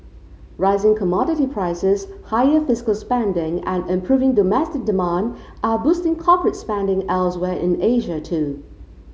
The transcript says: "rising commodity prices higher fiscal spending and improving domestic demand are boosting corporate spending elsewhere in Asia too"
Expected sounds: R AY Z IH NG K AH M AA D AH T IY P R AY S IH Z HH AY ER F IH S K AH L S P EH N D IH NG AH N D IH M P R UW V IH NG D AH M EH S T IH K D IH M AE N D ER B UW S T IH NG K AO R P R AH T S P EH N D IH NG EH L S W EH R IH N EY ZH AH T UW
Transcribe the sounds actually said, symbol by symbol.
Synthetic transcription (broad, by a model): R AY Z IH NG K AH M AA D AH T IY P R AY S IH Z HH AY ER F IH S K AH L S P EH N D IH NG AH N IH M P R UW V IH NG D AH M EH S T IH K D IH M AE N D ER B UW S T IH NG K AO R P R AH T S P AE N D IH NG EH L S W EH R IH N EY ZH AH T UW